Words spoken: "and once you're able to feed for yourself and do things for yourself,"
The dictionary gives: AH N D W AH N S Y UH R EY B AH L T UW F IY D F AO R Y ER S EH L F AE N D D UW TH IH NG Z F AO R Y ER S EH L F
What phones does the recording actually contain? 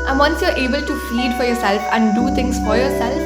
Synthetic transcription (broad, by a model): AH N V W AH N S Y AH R EY B AH L T UW F IY D F AO R Y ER S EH L F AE N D D UW T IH NG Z F AO R Y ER S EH L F